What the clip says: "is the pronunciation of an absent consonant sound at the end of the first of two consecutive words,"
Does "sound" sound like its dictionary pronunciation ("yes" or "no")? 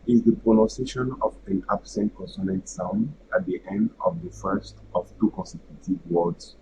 no